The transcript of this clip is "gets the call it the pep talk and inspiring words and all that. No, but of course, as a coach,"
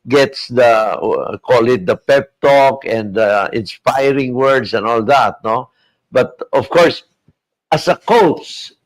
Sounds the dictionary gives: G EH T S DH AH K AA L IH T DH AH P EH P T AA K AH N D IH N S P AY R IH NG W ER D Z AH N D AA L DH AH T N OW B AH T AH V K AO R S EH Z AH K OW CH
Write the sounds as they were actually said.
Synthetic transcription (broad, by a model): G EH T S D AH K AA L IH T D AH P EH P T AA K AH N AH IH N S P AY R IH NG W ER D S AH N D AA L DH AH T N OW B AH T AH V K AO R S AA S AH K OW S